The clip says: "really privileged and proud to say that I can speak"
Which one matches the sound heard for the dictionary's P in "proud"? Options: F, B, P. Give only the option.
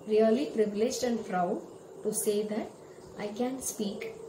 F